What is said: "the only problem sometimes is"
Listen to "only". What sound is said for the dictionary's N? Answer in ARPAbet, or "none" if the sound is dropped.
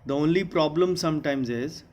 N